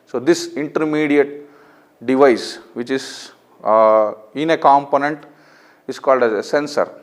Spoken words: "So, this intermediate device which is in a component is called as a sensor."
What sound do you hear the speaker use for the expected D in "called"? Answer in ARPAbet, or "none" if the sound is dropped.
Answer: D